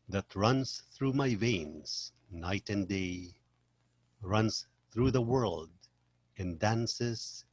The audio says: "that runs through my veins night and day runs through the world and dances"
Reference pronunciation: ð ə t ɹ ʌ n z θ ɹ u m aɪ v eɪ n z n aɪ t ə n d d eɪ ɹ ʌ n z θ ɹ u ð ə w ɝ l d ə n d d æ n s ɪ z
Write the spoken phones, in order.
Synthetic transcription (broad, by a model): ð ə t ɹ ʌ n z θ ɹ u m aɪ v eɪ n z n aɪ t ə n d d eɪ ɹ ʌ n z θ ɹ u ð ə w ɝ l d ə n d d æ n s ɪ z